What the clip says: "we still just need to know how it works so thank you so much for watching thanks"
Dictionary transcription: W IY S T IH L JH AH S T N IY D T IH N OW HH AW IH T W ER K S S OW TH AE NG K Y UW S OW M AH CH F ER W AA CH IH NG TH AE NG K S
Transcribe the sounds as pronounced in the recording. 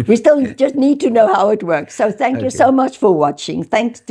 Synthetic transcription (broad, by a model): W IY S T IH L JH AH S T N IY D T IH N OW HH AW IH T W ER K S S OW TH AE NG K Y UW S OW M AH CH F ER W AA CH IH NG TH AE NG K S